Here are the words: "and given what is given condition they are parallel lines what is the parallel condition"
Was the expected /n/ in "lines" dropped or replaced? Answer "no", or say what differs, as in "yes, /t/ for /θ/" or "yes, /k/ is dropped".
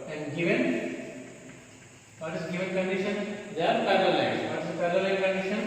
yes, /n/ is dropped